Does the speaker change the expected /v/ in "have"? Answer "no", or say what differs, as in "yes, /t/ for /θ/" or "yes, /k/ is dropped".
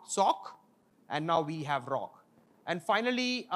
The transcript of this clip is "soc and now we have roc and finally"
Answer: no